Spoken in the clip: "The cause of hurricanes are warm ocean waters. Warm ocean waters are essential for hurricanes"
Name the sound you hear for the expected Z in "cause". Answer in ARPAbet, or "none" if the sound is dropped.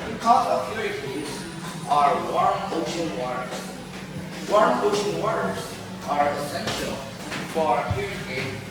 none